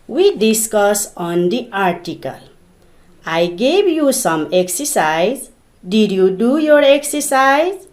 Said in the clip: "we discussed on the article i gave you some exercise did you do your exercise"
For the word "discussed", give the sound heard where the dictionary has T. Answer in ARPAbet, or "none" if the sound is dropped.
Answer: none